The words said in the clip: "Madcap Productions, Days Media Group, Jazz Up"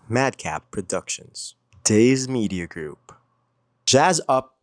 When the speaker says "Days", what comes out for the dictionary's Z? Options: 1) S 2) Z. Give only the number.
2